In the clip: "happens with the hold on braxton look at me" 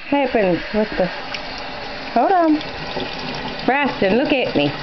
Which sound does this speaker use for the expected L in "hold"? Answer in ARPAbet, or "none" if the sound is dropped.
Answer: none